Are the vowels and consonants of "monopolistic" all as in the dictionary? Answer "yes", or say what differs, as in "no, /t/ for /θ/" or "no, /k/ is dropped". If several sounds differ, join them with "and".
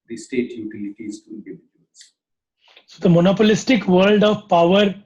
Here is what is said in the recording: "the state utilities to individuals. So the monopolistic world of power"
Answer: yes